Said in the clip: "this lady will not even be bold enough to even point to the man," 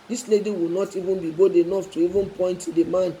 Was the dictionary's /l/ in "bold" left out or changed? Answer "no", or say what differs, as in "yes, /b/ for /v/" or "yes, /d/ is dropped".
yes, /l/ is dropped